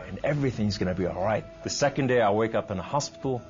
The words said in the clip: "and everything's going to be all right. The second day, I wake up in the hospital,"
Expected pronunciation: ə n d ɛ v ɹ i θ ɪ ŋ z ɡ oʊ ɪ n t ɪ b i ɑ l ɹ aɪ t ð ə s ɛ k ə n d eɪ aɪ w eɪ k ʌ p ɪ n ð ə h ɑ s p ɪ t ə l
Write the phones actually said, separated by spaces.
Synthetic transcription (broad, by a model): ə n ɛ v ɹ i θ ɪ ŋ z ɡ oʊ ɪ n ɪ b i ɑ l ɹ aɪ t ð ə s ɛ k ə n d eɪ aɪ w eɪ k ʌ p ɪ n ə h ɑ s p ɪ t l